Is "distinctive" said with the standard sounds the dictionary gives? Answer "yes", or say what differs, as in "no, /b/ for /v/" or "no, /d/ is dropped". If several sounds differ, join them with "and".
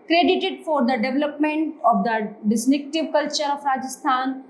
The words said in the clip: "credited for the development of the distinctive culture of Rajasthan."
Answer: no, /ŋ/ is dropped